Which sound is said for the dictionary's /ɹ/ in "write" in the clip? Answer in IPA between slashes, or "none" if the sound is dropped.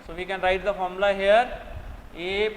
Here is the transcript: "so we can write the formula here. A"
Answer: /ɹ/